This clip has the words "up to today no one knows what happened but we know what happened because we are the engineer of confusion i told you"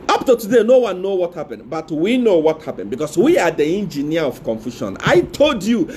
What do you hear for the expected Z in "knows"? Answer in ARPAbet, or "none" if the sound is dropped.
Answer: none